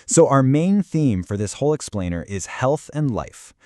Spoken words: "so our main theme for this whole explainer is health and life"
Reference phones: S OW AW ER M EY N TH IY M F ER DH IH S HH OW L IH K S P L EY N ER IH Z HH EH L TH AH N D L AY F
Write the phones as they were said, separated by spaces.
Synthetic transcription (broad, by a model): S OW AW ER M EY N TH IY M F ER DH IH S HH OW L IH K S P L EY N ER IH Z HH EH L TH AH N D L AY F